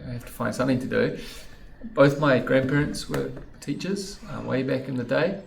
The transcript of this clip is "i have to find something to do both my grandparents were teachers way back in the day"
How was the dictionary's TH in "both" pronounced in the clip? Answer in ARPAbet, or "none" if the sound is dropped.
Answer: TH